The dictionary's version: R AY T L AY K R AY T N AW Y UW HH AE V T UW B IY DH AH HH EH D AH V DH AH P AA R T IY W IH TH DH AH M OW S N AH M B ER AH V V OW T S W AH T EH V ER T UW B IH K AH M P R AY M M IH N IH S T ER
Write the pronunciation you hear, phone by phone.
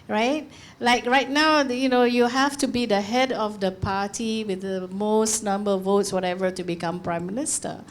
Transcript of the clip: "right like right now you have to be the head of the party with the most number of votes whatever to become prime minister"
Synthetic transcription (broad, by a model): R AY T L AY K R AY T N AW Y UW HH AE F T UW B IY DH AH HH EH D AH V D AH P AA T IY W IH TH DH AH M OW S N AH M B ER AH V V OW T S W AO T EH V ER T UW B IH K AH M P R AY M M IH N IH S T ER